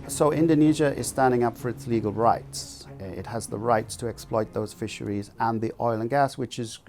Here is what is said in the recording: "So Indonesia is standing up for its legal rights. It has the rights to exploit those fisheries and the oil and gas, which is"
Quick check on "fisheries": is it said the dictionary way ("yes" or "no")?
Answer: yes